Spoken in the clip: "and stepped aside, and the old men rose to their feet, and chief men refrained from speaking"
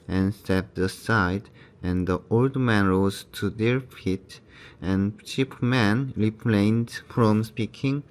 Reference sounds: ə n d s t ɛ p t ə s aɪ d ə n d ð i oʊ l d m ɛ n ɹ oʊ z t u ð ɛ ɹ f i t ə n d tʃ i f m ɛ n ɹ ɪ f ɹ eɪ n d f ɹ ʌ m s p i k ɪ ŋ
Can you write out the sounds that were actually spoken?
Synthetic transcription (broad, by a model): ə n s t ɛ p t ə s aɪ d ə n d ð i oʊ l d m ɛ n ɹ oʊ z t u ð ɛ ɹ f i t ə n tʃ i p m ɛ n ɹ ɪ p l eɪ n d f ɹ ʌ m s p i k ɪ ŋ